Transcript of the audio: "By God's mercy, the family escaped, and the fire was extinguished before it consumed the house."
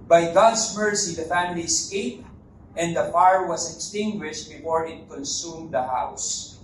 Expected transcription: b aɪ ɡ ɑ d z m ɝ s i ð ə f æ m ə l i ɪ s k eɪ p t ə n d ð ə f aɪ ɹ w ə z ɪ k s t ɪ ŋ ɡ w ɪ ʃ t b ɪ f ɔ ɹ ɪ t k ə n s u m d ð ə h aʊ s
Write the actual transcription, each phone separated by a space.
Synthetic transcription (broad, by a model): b aɪ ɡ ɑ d s m ɝ s i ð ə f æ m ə l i s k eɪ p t ə n d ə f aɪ ɹ w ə s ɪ k s t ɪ ŋ ɡ w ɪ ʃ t b ɪ f ɔ ɹ ɪ t k ə n s u m d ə h aʊ s